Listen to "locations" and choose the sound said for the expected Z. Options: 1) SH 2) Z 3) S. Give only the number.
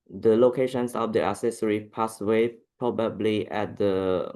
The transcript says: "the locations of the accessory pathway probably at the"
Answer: 3